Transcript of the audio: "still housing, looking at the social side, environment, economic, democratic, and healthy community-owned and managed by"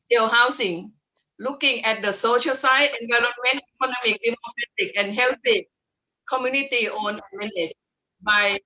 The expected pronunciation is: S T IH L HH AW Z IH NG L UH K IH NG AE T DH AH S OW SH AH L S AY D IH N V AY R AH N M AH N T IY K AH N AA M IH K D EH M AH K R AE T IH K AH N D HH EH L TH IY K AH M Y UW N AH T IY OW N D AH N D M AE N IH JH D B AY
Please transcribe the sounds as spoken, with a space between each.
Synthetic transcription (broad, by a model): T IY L HH AW S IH NG L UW K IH NG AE T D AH S OW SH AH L S AY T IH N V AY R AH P M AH N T IY K AH N AA M IH K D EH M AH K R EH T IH K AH N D HH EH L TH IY K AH M Y UW N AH T IY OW N AH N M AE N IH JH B AY